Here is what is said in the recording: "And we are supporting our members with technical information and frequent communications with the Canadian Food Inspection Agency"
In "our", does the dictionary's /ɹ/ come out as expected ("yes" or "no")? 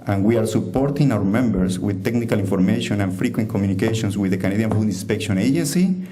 yes